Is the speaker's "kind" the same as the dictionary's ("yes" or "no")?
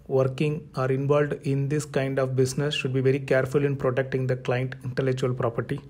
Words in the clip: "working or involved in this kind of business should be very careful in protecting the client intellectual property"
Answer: yes